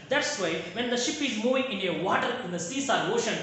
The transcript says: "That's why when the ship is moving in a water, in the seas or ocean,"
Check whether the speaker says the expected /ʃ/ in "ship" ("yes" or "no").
yes